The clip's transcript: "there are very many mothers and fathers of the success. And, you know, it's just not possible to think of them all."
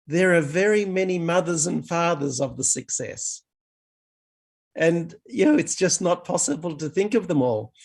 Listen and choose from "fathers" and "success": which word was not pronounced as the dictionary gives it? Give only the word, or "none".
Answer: none